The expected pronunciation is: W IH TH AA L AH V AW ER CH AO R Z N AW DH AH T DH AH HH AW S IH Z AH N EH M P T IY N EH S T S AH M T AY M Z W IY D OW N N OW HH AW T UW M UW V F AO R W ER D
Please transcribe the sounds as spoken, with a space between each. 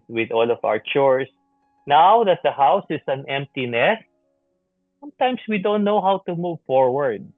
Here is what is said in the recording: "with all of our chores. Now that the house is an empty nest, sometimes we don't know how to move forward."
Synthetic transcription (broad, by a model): W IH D AA L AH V AW ER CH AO R S N AW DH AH T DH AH HH AW S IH S AH N EH M P T IY N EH S S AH M T AY M S W IY D OW N N OW HH AW T UW M UW V F AO R W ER D